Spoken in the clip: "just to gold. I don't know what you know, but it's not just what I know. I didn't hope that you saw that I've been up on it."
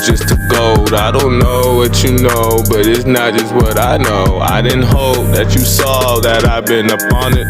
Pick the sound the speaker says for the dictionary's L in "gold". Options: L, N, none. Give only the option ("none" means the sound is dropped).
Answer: none